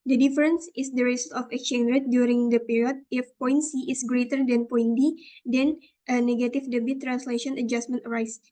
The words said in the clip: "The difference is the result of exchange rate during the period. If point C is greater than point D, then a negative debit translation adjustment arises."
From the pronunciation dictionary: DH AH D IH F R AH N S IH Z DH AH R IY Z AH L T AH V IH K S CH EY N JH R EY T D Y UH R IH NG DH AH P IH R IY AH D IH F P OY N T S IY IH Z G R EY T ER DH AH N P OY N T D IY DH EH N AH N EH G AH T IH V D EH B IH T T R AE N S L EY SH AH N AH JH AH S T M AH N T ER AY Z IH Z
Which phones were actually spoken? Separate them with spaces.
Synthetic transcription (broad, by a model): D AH D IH F R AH N S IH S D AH R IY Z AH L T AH F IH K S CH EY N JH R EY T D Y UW R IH NG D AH P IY R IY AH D IH F P OY N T S IY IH S G R EY T ER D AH N P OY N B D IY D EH N AH N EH G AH T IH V D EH B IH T T R AE N S L EY SH AH N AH JH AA S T M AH N T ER AY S